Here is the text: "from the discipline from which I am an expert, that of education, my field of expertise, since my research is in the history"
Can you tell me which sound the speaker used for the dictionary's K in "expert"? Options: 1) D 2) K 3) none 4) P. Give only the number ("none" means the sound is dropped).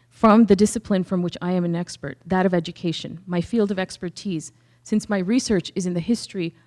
2